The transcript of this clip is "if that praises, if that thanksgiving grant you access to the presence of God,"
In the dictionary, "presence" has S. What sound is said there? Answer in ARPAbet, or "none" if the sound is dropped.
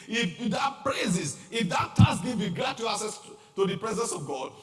S